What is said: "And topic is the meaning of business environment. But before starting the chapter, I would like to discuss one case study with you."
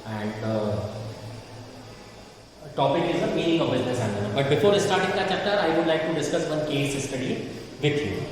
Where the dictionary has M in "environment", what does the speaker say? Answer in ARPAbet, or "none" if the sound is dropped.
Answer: none